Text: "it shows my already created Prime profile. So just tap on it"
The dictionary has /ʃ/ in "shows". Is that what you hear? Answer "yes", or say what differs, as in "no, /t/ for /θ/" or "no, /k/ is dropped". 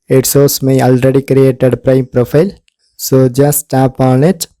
no, /s/ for /ʃ/